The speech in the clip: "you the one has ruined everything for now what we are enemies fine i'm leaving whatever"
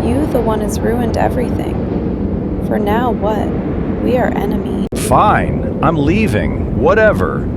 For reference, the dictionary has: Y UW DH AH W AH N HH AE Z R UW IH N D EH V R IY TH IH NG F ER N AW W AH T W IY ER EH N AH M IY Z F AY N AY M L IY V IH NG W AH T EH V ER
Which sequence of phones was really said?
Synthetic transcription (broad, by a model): Y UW DH AH W AH N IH Z R UW IH N D EH V R IY TH IH NG F ER N AW W AH T W IY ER EH N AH M IY F AY N AY M L IY V IH NG W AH T EH V ER